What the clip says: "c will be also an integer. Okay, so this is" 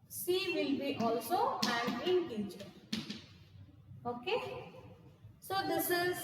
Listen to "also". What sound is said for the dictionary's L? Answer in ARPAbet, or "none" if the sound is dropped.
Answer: L